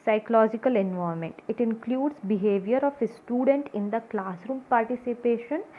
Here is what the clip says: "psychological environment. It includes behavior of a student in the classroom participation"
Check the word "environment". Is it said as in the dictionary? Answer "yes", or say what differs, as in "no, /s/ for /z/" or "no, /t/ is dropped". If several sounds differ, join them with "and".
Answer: no, /ɹ/ is dropped and /n/ is dropped